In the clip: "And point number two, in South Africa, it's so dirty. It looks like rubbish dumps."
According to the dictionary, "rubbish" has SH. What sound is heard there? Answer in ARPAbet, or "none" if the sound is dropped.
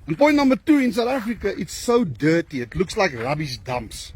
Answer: S